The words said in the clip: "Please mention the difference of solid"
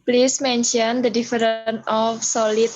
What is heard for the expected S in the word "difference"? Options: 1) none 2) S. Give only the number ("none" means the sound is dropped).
1